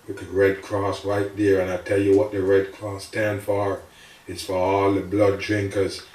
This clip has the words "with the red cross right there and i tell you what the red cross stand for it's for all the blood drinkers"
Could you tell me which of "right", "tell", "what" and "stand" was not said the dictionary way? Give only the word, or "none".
none